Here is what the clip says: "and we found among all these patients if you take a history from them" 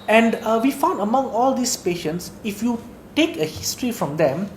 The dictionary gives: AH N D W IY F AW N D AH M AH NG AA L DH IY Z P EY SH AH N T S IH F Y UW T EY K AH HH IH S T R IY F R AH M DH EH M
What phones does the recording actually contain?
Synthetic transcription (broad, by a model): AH N D W IY F AW N D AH M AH NG AA L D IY S P EY SH AH N T S IH F Y UW T EY K AH HH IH S T R IY F R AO M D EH M